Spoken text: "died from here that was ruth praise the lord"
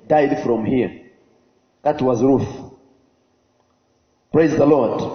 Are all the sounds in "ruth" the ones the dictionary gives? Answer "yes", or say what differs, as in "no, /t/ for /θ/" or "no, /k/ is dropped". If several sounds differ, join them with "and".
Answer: yes